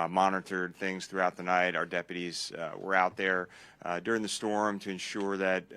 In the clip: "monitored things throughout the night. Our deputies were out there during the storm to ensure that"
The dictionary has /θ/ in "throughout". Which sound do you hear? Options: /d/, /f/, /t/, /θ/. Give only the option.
/θ/